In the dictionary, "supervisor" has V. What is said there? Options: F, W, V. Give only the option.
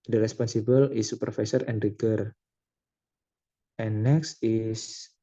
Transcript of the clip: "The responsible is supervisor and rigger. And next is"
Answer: F